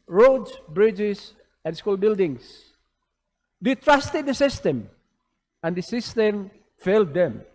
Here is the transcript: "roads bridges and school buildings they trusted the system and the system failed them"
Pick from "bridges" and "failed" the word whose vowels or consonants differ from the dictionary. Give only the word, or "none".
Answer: bridges